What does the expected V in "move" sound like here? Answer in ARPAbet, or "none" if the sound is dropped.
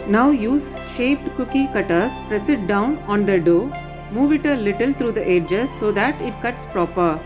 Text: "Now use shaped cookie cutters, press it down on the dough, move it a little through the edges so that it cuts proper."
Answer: V